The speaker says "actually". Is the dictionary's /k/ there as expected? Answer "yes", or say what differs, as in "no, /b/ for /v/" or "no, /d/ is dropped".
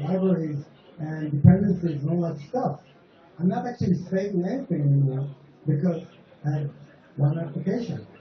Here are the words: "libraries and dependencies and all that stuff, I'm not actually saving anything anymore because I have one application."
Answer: yes